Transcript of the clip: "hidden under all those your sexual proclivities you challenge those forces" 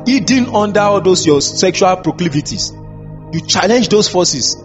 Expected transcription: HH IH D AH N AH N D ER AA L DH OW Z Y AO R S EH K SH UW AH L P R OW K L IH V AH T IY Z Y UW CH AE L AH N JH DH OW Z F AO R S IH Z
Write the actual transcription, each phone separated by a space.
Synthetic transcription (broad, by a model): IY D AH N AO N D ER AA L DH OW S Y AO S EH K SH UW AH L P R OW K L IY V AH T IY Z Y UW CH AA L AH N JH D OW S F AO S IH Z